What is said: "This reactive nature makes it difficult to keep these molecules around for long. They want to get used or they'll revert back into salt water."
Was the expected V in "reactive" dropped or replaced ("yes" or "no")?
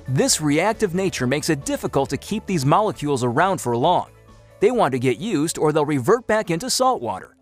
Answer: no